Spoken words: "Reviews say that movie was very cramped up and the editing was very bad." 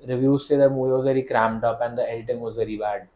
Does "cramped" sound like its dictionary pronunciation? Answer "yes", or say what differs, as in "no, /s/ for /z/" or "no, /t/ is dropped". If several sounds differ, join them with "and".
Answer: no, /p/ is dropped